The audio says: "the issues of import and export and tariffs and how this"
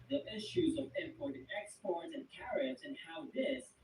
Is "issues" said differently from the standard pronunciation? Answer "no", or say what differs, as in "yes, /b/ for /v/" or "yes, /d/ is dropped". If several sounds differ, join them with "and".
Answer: no